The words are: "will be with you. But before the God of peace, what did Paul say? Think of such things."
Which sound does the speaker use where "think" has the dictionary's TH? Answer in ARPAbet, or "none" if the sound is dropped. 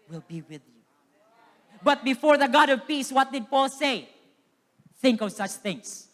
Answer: TH